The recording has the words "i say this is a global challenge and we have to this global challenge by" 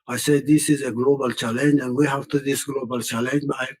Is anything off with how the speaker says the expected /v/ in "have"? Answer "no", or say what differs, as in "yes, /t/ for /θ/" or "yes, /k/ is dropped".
yes, /f/ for /v/